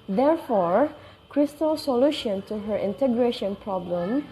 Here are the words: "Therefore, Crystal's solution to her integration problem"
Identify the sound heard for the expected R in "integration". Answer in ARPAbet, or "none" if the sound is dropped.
R